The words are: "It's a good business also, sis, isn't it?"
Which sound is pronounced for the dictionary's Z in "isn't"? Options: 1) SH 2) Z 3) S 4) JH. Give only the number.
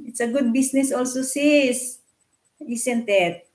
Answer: 3